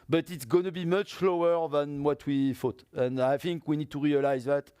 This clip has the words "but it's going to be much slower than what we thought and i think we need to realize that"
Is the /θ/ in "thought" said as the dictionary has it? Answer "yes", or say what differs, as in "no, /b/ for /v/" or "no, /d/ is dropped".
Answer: no, /f/ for /θ/